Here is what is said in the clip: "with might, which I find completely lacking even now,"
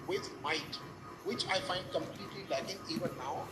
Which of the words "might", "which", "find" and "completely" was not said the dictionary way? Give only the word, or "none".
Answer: none